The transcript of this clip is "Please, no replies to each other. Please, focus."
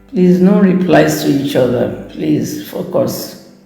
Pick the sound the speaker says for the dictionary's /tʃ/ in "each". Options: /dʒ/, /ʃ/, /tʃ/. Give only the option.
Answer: /tʃ/